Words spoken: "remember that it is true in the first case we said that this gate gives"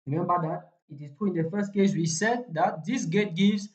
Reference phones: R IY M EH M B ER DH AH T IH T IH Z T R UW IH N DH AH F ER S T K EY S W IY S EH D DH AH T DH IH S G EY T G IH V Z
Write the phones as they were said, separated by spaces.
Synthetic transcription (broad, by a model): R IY M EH M B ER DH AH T IH T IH S T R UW IH N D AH F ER S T K EY S W IY S EH D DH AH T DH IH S G EY T G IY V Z